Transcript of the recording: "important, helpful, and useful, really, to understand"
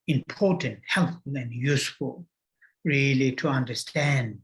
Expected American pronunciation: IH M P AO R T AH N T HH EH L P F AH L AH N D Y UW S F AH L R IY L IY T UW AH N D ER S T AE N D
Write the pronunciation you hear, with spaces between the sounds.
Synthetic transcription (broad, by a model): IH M P AO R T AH N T HH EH L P F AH L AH N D Y UW S F AH L R IY L IY T UW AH N D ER S T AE N D